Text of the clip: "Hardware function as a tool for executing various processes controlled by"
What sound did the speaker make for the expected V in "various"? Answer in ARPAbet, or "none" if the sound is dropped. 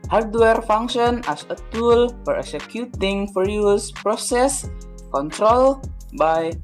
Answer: F